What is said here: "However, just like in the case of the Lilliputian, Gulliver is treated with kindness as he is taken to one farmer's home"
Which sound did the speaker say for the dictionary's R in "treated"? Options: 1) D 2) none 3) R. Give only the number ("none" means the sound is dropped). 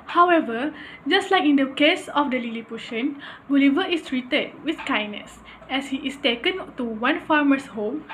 3